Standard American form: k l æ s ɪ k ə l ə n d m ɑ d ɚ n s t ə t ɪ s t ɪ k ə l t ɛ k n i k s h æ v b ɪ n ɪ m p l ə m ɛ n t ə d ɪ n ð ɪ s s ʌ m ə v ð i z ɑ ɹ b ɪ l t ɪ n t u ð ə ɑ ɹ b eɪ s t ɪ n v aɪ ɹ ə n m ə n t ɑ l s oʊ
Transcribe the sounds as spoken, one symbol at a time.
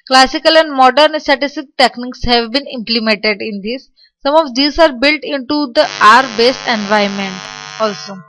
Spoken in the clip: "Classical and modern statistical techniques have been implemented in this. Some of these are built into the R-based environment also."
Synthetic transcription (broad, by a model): k l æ s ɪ k ə l ə n d m ɑ d ɚ n s t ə t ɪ s t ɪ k t ɛ k n i k s h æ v b ɪ n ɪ m p l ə m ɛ n t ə d ɪ n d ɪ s s ʌ m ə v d i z ɑ ɹ b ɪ l t ɪ n t u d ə ɑ ɹ b eɪ s ɪ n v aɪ ə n m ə n t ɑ l s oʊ